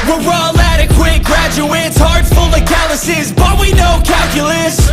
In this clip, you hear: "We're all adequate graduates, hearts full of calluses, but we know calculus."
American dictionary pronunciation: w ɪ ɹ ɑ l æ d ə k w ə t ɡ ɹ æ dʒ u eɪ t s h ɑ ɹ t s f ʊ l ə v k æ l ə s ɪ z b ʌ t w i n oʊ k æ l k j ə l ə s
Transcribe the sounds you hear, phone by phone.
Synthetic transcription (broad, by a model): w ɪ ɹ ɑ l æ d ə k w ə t ɡ ɹ æ dʒ u eɪ t s h ɑ ɹ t f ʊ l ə k æ l ə s ɪ z b ʌ t w i n oʊ k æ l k j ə l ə s